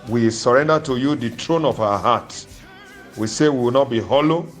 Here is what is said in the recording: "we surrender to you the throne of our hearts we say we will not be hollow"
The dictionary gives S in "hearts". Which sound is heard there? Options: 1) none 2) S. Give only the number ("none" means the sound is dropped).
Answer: 1